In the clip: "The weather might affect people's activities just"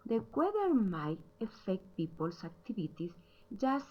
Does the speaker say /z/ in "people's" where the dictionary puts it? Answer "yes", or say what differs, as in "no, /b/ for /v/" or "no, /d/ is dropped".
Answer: no, /s/ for /z/